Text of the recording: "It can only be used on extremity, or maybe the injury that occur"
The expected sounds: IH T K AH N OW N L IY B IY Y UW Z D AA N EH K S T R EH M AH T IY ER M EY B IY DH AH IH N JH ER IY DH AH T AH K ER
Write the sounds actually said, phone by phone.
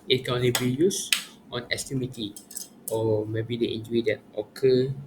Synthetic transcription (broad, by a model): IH T K AH N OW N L IY B IY Y UW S AA N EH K S T EH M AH T IY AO M EY B IY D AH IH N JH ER IY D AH T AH K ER